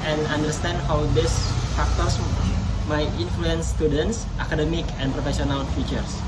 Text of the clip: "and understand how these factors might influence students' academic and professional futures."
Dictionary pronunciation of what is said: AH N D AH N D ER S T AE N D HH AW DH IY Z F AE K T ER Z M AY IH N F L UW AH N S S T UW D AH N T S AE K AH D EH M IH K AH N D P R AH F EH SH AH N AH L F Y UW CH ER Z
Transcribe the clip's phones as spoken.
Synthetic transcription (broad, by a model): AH N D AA N D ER S T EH N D HH AW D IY S F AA K T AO S M AY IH N F L UW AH N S S T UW D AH N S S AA K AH D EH M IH K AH N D P R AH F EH S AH N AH L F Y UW CH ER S